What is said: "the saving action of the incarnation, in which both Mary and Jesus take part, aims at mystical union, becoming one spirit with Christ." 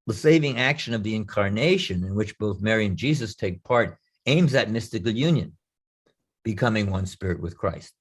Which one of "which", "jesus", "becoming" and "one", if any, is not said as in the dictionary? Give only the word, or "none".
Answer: none